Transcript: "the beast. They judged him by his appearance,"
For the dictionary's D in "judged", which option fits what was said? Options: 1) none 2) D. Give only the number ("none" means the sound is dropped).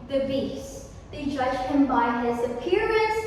1